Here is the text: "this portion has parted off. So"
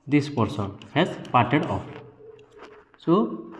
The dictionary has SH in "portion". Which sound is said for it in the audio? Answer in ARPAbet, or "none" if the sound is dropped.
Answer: S